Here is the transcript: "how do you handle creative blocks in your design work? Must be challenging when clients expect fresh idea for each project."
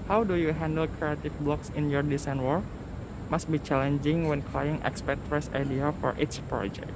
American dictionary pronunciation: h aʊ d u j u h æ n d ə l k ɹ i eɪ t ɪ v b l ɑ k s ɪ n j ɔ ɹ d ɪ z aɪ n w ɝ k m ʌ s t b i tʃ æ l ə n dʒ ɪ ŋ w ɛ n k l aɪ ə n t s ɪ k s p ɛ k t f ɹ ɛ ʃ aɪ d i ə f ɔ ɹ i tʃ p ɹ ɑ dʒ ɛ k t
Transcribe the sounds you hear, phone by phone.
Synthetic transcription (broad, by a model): h aʊ d u j u h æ n d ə l k ɹ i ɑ t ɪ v b l ɑ k s ɪ n j ɔ ɹ d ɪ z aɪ n w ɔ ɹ m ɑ s t b i tʃ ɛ l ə n dʒ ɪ ŋ w ɛ n k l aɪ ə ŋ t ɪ k s p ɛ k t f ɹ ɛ s aɪ d i ə f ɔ ɹ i s p ɹ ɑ dʒ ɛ k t